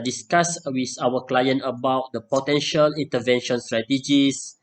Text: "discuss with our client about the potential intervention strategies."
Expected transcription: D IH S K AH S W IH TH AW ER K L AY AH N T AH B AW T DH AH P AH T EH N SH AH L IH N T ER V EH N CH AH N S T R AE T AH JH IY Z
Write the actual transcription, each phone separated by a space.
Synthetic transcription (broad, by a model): D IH S K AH S W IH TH AW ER K L AY AH N T AH B AW T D AH P AH T EH N SH AH L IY N T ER V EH N SH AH N S T R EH T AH JH IY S